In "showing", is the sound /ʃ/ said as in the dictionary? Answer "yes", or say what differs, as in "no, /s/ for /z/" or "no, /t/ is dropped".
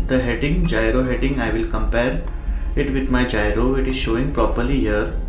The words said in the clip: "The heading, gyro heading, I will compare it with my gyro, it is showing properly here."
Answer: yes